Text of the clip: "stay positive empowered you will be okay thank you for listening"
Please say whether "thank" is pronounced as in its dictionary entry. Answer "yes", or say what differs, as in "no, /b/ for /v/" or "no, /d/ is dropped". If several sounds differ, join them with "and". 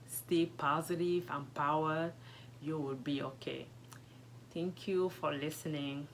no, /t/ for /θ/